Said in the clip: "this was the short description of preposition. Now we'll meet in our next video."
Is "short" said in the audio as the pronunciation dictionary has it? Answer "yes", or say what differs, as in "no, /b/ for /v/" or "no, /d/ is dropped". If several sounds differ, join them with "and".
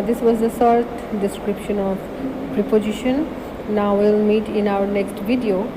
no, /s/ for /ʃ/